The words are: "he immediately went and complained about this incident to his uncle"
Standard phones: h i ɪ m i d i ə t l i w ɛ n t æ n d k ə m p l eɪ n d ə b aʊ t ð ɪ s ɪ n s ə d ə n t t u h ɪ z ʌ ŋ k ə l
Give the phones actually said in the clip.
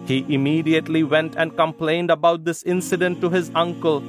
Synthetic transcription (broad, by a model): h i ɪ m i d i ə t l i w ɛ n t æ n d k ə m p l eɪ n d ə b aʊ t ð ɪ s ɪ n s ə d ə n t t u h ɪ z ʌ ŋ k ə l